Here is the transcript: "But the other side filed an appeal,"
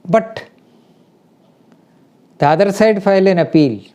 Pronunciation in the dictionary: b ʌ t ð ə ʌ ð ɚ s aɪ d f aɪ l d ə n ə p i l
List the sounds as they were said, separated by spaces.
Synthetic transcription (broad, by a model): b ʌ t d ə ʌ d s aɪ d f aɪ l ə n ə p i l